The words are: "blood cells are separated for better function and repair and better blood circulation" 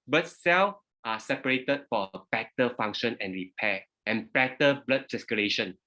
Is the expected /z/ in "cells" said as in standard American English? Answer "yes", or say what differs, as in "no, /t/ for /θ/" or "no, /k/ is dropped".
no, /z/ is dropped